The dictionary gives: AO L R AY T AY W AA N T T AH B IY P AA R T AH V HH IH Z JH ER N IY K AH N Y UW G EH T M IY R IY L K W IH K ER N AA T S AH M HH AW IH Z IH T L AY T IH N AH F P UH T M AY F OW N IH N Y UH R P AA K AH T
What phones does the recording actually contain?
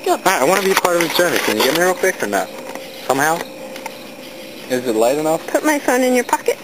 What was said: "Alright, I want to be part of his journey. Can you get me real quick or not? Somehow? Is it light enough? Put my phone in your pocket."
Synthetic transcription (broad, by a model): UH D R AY AY W AA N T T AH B IY P AA R T AH V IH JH ER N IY K AH N Y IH G EH T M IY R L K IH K ER N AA T S AH M HH AW IH Z IH T L AY T IH N AH F P UH T M AY F OW N IH N Y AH R P AA K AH T